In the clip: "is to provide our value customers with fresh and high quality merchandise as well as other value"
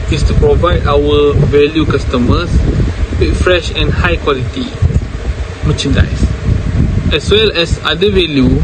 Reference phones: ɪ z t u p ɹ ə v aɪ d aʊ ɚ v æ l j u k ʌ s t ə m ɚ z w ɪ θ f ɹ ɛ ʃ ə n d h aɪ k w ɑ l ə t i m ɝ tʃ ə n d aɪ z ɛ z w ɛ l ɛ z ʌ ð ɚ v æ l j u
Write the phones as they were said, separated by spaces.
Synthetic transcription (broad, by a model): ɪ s t u p ɹ ə v aɪ d aʊ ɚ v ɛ l j u k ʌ s t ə m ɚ s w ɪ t f ɹ ɛ ʃ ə n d h aɪ k w ɑ l ə t i m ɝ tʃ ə n d aɪ s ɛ s w ɛ l ɛ s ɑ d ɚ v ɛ l j u